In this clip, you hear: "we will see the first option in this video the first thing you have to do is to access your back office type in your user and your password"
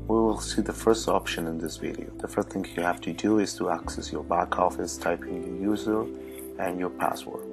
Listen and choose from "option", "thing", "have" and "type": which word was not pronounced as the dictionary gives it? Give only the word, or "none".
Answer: have